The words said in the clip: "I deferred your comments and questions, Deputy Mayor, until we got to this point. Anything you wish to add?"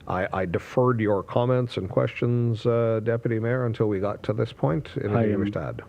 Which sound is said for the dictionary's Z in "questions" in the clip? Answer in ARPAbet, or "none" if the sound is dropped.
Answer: Z